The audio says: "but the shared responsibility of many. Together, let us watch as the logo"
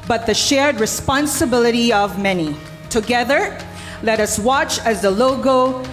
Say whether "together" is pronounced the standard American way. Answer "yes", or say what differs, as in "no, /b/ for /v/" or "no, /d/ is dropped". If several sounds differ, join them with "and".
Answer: yes